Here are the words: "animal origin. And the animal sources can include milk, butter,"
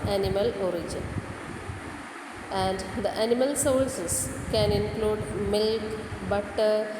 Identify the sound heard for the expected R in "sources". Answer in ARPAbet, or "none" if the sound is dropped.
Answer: L